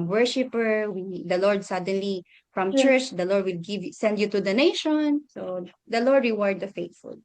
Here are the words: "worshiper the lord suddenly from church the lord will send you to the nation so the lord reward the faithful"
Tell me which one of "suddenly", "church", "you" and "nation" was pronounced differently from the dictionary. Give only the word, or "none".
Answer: none